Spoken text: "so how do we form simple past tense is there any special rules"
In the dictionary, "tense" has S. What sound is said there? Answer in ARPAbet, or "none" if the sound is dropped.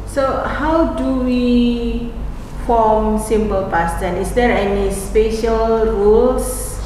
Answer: none